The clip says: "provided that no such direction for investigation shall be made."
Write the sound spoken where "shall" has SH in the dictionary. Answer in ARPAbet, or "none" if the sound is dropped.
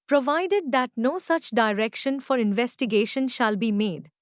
SH